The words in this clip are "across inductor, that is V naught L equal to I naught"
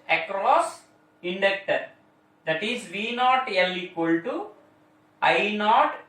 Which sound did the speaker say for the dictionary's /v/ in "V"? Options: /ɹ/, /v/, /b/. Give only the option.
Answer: /v/